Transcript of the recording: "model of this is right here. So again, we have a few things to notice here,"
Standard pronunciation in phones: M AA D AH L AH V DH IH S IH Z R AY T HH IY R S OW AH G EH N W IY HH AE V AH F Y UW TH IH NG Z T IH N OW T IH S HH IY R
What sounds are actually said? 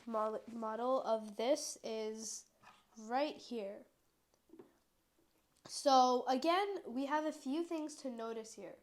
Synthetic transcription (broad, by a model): M AA D L AH V DH IH S IH Z R AY T HH IY R S OW AH G EH N W IY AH V AH F Y UW TH IH NG Z T IH N OW T IH S HH IY R